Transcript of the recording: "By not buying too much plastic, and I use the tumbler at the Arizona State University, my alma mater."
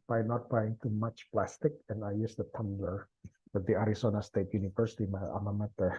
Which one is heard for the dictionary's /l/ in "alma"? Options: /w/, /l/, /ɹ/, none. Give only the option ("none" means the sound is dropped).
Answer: none